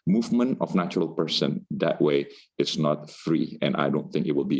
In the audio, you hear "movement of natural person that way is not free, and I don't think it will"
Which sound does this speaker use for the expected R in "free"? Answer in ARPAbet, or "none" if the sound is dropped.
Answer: R